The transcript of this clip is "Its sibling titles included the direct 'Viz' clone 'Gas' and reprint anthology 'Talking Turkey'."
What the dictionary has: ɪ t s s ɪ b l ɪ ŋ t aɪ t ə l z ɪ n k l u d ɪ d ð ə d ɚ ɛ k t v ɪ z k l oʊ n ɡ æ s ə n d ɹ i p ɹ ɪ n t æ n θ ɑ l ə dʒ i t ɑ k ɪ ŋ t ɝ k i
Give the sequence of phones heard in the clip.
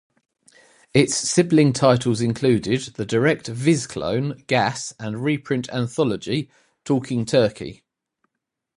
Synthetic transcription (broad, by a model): ɪ t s s ɪ b l ɪ ŋ t aɪ t ə l z ɪ n k l u d ɪ d ð ə d ɚ ɛ k t v ɪ z k l oʊ n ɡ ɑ s ə n ɹ i p ɹ ɪ n t æ n θ ɑ l ə dʒ i t ɑ k ɪ ŋ t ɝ k i